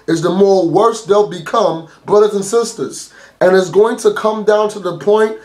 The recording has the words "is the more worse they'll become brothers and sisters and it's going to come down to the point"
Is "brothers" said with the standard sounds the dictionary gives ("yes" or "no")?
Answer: yes